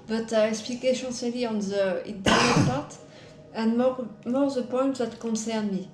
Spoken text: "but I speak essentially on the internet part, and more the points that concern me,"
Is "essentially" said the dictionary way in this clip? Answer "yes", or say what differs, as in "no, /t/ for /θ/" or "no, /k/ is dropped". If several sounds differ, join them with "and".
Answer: no, /ʃ/ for /s/ and /s/ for /ʃ/